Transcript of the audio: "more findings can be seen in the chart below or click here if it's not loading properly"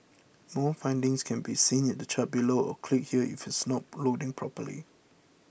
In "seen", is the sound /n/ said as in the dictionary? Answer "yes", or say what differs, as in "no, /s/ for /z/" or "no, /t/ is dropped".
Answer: yes